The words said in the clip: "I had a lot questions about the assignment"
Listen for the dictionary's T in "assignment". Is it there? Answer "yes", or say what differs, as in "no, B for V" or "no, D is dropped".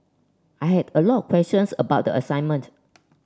yes